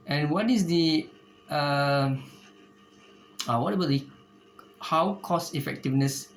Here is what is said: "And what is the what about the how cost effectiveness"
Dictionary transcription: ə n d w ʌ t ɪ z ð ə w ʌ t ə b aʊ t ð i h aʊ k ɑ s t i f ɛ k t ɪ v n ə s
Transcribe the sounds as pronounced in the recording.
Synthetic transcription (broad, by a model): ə n w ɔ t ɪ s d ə w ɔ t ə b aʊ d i h aʊ k ɑ s i f ɛ k t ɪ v n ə s